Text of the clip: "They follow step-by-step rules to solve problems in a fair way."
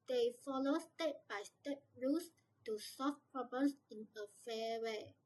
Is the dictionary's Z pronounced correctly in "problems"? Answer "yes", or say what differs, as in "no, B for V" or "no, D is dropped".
no, S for Z